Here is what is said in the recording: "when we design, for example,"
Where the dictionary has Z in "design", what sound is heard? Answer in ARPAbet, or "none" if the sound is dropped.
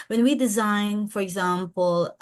Z